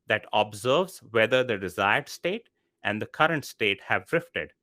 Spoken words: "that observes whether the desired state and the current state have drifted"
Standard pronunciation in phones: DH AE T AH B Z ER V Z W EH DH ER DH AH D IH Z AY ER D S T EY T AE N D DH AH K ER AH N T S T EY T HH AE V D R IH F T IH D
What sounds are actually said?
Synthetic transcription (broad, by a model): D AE T AH B Z ER V Z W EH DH ER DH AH D IH Z AY ER D S T EY T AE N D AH K ER AH N T S T EY T HH AE V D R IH F T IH D